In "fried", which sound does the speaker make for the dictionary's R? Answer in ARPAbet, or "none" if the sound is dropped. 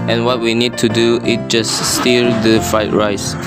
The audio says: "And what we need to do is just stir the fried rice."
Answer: none